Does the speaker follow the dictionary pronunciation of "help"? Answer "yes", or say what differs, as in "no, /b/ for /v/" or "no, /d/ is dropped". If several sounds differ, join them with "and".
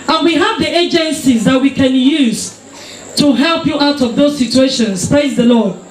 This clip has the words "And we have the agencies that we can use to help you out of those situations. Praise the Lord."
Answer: yes